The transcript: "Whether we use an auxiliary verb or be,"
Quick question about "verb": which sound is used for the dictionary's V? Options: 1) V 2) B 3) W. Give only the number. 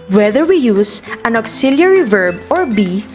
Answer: 1